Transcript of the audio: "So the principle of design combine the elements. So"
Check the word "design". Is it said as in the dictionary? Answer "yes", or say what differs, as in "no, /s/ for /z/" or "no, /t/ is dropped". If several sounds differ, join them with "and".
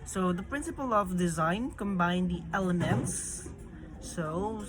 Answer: yes